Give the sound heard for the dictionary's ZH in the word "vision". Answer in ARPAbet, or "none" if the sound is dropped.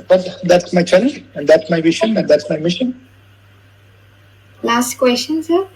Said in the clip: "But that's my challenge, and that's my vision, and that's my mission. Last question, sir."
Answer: SH